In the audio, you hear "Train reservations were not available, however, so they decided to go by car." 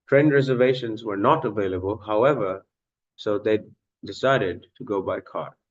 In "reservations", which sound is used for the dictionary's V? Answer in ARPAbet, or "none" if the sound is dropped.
V